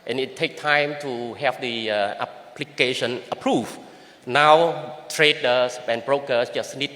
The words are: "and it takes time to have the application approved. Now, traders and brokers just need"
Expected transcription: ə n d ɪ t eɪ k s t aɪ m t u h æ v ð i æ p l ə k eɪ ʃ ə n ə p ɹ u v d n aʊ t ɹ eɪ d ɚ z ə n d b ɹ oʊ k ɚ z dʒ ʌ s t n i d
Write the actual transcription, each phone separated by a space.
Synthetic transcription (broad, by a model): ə n ɪ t eɪ k t aɪ m t u h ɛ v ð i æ p l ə k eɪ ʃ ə n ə p ɹ u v n aʊ t ɹ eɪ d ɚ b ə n b ɹ oʊ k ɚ s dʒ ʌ s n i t